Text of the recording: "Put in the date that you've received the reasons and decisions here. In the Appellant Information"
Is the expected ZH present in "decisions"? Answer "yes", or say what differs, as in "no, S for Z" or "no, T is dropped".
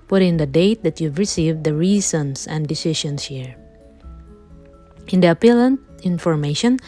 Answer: no, SH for ZH